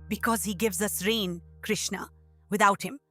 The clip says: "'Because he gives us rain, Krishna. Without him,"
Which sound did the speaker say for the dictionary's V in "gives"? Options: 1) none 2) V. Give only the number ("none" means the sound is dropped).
2